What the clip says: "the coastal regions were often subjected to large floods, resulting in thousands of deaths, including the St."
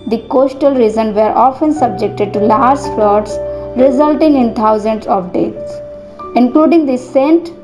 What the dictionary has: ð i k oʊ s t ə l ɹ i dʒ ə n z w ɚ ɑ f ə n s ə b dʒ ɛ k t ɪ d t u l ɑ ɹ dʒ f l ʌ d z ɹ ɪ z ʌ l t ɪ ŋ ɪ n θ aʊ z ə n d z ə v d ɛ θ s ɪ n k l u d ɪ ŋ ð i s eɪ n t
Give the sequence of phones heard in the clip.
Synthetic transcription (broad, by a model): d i k oʊ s t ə l ɹ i z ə n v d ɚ ɑ f ə n s ə b dʒ ɛ k t ɪ d t u l ɑ ɹ dʒ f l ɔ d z ɹ ɪ z ʌ l t ɪ ŋ ɪ n t aʊ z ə n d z ə v d ɛ t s ɪ n k l u d ɪ ŋ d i s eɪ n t